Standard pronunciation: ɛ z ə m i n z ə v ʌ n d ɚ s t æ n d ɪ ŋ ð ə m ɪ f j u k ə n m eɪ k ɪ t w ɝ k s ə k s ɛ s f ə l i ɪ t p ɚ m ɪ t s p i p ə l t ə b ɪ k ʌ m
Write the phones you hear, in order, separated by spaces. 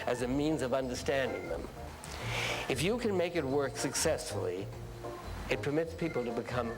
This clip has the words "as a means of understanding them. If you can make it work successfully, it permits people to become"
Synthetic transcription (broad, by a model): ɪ z ə m i n z ə v ʌ n d ɚ s t æ n d ɪ ŋ ð ə m ɪ f j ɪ k ə n m eɪ k ɪ t w ɝ k s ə k s ɛ s f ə l i ɪ t p ɚ m ɪ t s p i p l t ə b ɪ k ʌ m